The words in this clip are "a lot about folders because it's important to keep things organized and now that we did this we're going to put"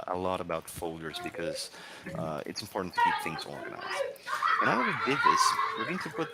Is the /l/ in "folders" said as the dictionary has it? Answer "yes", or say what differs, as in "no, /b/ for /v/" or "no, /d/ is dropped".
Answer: yes